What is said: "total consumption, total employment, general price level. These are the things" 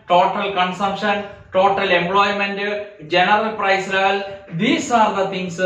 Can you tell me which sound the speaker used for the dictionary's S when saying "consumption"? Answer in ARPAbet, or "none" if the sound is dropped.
S